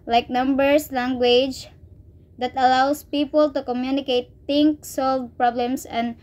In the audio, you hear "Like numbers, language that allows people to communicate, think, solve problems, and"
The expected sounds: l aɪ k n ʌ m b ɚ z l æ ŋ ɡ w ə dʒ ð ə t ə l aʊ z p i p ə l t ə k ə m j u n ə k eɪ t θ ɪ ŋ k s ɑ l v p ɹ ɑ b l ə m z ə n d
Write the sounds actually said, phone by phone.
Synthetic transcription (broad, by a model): l aɪ k n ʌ m b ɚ s l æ ŋ ɡ w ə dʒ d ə t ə l aʊ s p i p ə l t ə k ə m j u n ə k eɪ t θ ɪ ŋ k s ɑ l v p ɹ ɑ b l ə m s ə n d